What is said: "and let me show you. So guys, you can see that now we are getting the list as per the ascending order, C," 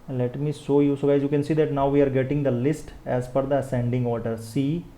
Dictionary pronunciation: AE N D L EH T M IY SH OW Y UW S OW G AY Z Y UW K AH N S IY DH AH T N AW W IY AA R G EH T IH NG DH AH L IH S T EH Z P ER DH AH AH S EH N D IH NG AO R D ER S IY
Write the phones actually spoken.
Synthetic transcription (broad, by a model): L EH T M IY SH OW Y UW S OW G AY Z Y UW K AH N S IY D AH T N AW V IY AA R G EH T IH NG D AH L IH S T EH Z F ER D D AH S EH N D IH NG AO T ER S IY